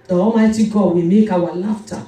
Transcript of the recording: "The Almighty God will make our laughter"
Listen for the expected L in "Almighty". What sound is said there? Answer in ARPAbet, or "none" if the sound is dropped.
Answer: none